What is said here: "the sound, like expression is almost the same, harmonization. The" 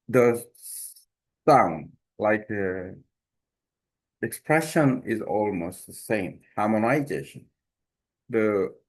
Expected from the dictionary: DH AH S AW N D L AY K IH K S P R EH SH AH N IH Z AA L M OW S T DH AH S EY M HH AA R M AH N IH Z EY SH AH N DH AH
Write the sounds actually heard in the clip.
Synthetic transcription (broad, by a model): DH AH S AW N D L AY K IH K S P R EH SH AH N IH Z AA L M OW S T DH AH S EY M HH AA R M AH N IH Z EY SH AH N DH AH